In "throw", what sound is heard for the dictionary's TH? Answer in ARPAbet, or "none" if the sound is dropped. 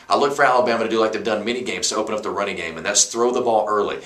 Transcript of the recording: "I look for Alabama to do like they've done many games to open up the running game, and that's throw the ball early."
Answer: TH